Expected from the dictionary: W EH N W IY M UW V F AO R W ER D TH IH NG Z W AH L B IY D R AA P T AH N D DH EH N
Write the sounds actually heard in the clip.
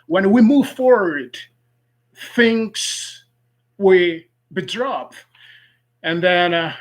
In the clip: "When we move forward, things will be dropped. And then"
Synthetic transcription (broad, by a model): W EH N W IY M UW V F AO R W ER D TH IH NG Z W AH B IY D R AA P AH N DH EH N